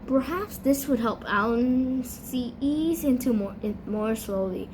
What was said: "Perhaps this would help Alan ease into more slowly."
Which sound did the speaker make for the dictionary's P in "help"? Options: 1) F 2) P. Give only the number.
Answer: 2